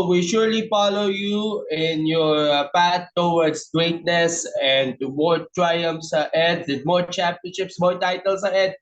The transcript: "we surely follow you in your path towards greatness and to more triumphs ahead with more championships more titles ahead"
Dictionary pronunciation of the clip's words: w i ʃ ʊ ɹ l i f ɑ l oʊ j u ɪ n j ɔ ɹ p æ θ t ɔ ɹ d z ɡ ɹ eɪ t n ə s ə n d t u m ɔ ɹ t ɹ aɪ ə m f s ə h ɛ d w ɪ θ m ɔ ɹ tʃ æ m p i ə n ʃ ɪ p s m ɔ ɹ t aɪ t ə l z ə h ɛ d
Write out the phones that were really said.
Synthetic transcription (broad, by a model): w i ʃ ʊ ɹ l i f ɑ l oʊ j u ɪ n j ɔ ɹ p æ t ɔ w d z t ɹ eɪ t n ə s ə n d t u m ɔ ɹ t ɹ aɪ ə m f s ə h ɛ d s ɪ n m ɔ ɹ tʃ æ p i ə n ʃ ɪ p s m ɔ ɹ t aɪ t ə l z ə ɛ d